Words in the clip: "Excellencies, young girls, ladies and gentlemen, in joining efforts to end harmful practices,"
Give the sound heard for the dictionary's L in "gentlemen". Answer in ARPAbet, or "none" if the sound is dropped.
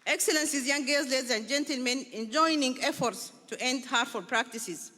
L